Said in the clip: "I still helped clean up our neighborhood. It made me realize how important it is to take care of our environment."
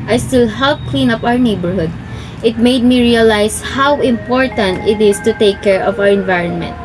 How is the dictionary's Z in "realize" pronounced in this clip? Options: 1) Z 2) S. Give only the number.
2